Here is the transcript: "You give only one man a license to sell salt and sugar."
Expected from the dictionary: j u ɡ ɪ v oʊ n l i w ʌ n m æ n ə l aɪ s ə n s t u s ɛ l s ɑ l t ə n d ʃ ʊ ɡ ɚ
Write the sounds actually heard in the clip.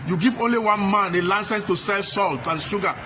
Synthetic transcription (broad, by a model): j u ɡ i v oʊ n l i w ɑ n m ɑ n ə l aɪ s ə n s t u s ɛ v s ɑ l t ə n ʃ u ɡ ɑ